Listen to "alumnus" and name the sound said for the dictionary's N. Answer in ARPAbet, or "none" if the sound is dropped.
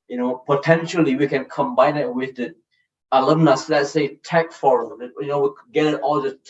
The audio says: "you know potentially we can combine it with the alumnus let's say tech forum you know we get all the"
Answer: N